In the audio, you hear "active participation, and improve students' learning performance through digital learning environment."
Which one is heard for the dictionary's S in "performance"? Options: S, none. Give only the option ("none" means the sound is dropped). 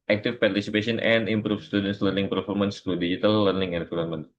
S